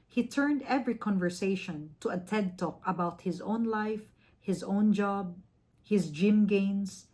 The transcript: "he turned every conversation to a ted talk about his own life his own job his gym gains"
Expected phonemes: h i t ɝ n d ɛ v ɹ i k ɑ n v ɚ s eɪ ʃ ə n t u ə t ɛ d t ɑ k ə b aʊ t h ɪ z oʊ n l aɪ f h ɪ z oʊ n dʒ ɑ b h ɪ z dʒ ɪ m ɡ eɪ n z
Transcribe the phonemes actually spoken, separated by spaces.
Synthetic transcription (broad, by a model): h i t ɝ n d ɛ v ɹ i k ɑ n v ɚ s eɪ ʃ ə n t u ə t ɛ d t ɑ k ə b aʊ t h ɪ z oʊ n l aɪ f h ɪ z oʊ n dʒ ɑ b h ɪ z dʒ ɪ m ɡ eɪ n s